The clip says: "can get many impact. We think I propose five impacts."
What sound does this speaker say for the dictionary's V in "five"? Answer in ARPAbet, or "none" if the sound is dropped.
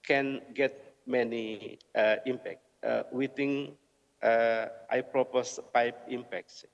P